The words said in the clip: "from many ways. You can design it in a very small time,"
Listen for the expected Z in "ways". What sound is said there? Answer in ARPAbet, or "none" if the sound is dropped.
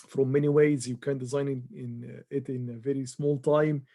Z